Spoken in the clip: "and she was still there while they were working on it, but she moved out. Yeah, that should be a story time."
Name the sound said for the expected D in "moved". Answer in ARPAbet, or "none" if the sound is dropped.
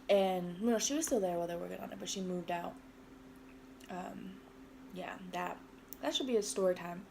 D